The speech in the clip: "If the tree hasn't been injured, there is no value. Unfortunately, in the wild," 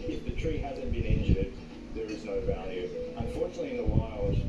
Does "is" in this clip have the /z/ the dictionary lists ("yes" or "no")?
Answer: yes